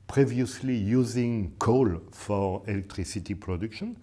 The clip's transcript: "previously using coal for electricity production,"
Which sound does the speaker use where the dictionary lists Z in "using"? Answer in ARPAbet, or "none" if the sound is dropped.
Z